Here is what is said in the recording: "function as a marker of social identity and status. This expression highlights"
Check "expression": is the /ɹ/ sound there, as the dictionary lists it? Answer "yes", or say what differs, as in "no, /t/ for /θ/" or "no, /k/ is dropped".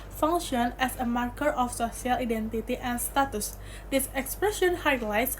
yes